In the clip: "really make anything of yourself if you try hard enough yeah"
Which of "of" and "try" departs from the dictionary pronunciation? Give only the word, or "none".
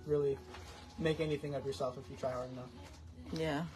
none